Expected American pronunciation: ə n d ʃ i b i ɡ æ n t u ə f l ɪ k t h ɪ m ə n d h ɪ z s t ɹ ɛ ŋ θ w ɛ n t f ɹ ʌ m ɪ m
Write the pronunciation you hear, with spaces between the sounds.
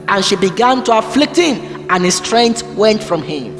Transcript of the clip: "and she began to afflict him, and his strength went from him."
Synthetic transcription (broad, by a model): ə n ʃ i b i ɡ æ n t u ə f l ɪ k t h ɪ m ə n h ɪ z s t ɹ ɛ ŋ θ w ɛ n t f ɹ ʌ m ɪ m